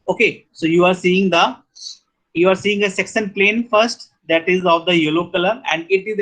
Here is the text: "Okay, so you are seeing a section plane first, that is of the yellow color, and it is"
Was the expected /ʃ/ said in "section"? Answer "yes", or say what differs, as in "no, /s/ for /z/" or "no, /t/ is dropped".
no, /s/ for /ʃ/